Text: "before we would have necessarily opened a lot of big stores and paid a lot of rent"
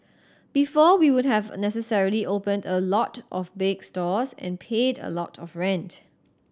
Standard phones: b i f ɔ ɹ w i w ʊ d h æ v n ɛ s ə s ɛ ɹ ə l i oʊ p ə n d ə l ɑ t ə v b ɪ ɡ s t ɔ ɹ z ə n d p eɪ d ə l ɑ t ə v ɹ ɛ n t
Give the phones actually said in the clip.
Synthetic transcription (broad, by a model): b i f ɔ w i w ʊ d h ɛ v n ɛ s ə s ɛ ɹ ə l i oʊ p ə n d ə l ɑ t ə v b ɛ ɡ s t ɔ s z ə n p eɪ d ə l ɑ t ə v ɹ ɛ n t